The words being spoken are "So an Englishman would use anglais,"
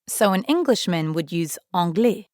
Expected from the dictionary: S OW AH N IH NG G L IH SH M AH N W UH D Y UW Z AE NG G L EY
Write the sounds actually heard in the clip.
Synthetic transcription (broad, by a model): S OW AH N IH NG G L IH SH M AH N W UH D Y UW Z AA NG G L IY